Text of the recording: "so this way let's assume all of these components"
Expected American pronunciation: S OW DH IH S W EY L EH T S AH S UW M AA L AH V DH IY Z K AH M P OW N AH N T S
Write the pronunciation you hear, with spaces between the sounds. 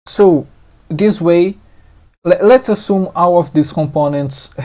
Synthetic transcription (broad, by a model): S OW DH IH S W EY L EH T S AH S UW M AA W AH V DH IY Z K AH M P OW N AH N T S